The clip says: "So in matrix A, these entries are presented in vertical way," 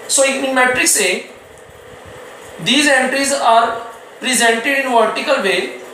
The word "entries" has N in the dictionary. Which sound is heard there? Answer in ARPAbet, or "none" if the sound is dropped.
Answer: N